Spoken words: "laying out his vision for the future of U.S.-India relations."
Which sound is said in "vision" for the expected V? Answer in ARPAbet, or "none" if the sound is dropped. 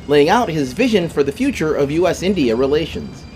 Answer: V